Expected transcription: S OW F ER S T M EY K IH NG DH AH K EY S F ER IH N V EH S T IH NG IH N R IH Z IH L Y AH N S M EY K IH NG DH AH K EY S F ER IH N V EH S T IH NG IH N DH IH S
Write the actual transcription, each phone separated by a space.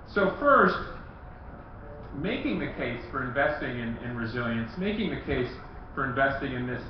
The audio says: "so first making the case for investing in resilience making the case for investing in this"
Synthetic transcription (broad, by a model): S OW F ER S T M EY K IH NG DH AH K EY S F ER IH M V EH S T IH NG IH N R IH Z IH L Y AH N S M EY K IH NG DH AH K EY S F ER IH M V EH S T IH NG IH N DH IH S